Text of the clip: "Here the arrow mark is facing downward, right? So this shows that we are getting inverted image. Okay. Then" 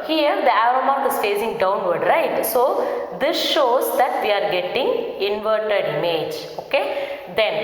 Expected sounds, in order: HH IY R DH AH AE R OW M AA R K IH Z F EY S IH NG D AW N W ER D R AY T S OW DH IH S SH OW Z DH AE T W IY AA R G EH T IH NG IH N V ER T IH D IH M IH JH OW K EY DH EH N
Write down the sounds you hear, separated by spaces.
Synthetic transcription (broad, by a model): HH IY R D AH AE R OW M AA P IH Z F EY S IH NG D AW N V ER D R AY T S OW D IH S SH OW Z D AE T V IY AA R G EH T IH NG IH N V ER T IH D IH M IH JH OW K EY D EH N